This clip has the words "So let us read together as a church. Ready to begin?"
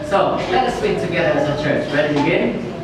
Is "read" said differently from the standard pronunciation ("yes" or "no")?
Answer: yes